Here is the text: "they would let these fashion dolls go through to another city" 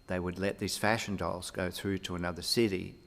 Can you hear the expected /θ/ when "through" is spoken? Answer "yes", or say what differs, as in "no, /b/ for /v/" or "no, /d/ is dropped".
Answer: yes